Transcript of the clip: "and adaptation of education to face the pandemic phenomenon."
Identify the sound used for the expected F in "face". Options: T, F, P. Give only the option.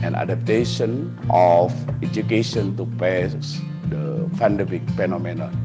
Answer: P